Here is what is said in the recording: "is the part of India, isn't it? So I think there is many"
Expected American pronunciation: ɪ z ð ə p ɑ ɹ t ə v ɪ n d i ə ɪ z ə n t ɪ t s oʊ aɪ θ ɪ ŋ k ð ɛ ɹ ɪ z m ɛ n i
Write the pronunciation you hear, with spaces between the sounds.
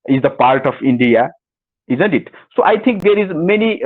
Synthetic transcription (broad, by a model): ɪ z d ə p ɑ ɹ t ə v ɪ n d i ə ɪ z ə n t ɪ t s oʊ aɪ t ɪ ŋ k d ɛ ɹ ɪ z m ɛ n i